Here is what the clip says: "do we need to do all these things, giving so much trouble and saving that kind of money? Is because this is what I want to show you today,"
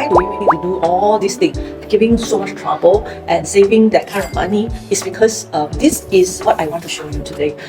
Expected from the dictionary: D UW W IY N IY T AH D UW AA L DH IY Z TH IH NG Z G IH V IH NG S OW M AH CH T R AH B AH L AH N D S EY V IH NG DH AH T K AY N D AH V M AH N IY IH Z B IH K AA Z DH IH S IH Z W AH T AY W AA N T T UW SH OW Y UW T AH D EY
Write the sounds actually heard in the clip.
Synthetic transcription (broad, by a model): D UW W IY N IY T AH D UW AA L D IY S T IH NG G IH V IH NG S OW M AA CH T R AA B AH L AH N S EY V IH NG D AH T K AY N D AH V M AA N IY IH S B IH K AA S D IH S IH S W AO T AY W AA N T T UW SH OW Y UW T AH D EY